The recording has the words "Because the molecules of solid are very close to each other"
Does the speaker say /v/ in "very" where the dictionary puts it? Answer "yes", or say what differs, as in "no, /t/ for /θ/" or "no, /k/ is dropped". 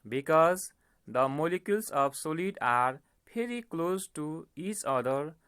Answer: no, /p/ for /v/